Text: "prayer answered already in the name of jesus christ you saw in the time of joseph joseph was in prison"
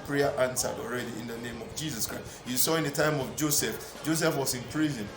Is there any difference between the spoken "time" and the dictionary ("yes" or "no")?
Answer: no